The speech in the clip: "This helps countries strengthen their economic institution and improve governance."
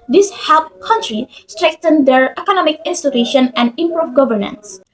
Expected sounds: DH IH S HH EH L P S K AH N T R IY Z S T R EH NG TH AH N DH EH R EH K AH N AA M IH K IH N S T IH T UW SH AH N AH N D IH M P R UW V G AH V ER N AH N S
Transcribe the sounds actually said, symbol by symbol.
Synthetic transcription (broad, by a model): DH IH S HH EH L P K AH N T R IY S T R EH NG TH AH N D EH R EH K AH N AA M IH K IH N S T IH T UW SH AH N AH N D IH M P R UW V G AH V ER N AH N S